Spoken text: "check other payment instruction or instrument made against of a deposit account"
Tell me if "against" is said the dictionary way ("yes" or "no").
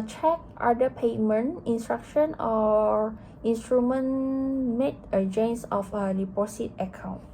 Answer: no